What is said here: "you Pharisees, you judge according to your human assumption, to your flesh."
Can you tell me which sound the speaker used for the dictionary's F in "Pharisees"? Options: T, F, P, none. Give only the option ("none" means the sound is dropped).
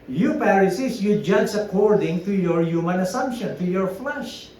P